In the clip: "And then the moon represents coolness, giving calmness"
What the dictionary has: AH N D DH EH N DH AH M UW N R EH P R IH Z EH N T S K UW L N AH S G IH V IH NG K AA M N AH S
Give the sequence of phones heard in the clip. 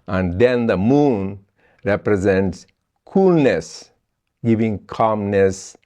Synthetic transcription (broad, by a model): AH N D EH N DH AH M UW N R EH P R IH Z EH N T S K UW L N AH S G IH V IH NG K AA M N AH S